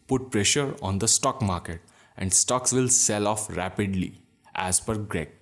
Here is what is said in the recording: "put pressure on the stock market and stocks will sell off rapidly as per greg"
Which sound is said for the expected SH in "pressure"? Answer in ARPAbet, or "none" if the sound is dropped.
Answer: SH